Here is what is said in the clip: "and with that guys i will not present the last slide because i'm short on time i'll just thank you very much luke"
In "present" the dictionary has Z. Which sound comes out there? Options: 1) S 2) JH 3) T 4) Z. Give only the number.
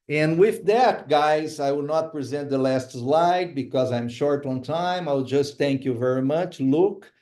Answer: 4